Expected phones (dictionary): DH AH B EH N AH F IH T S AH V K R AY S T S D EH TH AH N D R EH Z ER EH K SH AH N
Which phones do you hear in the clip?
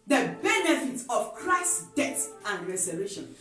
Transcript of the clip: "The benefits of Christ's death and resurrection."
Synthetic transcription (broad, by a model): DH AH B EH N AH F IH T AH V K R AY S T D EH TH AH N D R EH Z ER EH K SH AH N